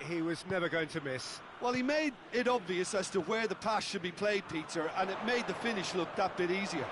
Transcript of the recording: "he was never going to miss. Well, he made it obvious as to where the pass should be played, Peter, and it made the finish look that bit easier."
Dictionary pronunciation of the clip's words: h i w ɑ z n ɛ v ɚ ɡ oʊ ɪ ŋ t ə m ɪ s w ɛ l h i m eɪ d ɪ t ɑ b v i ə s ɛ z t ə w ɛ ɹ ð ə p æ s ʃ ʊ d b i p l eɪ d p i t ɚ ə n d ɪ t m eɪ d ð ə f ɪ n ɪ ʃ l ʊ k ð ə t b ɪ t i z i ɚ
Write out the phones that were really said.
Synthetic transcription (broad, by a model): h i w ɑ z n ɛ v ɚ ɡ oʊ ɪ ŋ t ə m ɪ s w ɛ l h i m eɪ d ɪ t ɑ b v i ə s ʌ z t ə w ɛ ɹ ð ə p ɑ s ʃ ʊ d b i p l eɪ d p i t ɚ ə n ɪ t m eɪ d ð ə f ɪ n ɪ ʃ l ʊ k ð ə t b ɪ t i z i ɚ